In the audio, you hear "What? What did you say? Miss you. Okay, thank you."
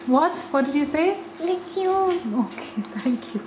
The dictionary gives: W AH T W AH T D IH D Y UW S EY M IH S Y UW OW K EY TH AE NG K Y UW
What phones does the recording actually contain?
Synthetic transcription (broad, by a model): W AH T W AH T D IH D Y UW S EY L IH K Y UW OW K EY T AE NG K Y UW